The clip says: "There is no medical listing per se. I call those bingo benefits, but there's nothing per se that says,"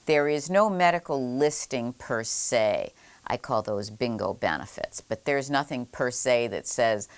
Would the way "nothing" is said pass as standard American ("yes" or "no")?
yes